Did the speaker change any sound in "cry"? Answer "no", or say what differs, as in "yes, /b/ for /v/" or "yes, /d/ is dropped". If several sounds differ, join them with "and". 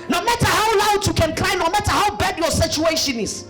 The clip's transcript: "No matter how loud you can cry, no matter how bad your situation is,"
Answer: yes, /l/ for /ɹ/